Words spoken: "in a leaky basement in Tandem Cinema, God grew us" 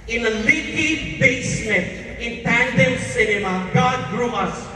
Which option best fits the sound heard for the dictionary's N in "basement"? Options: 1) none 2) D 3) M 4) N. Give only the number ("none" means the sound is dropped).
1